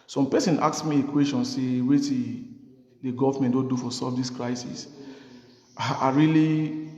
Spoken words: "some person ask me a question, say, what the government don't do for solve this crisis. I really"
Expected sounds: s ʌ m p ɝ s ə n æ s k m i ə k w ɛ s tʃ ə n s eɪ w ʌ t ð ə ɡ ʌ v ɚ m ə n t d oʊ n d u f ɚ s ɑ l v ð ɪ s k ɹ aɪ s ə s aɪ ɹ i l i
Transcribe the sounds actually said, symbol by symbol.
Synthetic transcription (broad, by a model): s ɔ m p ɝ s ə n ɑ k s m i ə k w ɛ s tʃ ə n s eɪ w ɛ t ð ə ɡ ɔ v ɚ m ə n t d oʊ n d u f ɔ s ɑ v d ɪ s k ɹ aɪ s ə s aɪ ɹ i l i